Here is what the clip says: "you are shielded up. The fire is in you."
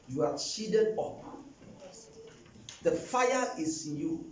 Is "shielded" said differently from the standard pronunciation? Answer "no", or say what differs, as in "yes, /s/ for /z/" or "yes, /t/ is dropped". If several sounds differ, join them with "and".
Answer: yes, /l/ is dropped